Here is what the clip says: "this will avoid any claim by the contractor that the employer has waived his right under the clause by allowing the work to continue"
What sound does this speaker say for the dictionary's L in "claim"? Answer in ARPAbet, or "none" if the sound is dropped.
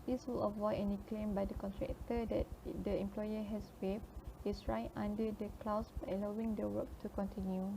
L